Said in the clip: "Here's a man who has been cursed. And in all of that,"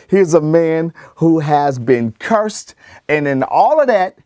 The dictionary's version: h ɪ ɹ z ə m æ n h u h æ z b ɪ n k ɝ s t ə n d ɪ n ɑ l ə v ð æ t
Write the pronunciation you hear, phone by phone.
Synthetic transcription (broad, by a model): h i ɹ z ə m æ n h u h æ z b ɪ n k ɝ s t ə n ɪ n ɑ l ə v ð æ t